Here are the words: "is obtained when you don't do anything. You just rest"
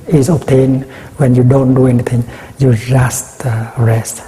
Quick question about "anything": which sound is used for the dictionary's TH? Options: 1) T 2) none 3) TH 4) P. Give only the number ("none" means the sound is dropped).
1